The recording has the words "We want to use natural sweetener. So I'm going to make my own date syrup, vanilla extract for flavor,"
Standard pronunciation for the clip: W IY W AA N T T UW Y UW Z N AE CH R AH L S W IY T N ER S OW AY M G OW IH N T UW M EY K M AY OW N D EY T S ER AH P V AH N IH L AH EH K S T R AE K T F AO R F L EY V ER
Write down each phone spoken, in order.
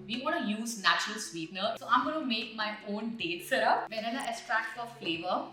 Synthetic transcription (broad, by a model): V IY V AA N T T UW Y UW Z N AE CH R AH L S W IY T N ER S OW AY M G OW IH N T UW M EY K M AY OW N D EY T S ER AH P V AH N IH N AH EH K S T R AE K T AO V F L EY V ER